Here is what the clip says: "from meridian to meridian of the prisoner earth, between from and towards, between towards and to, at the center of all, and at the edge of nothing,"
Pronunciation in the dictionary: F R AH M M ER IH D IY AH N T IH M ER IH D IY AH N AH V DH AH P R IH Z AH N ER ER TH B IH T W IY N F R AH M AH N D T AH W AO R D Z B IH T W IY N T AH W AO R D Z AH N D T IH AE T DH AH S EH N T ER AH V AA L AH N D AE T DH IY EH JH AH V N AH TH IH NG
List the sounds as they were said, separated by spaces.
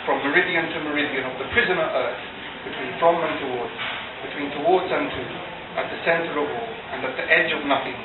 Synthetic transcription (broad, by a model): F R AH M M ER IH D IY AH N T IH M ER IH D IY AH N AH V DH AH P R IH Z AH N ER ER TH B IH T W IY N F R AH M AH N T AH W AO R D Z B IH T W IY N T AH W AO R D Z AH N T IH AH T DH AH S EH N T ER AH V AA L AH N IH T DH IY EH JH AH V N AH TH IH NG